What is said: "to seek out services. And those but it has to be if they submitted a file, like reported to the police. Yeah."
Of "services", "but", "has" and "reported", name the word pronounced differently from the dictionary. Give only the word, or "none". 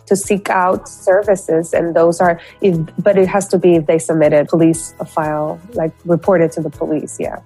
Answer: none